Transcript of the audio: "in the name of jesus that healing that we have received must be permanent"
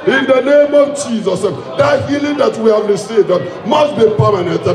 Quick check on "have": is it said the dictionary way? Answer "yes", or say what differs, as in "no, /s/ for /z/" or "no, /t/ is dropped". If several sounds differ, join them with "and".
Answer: yes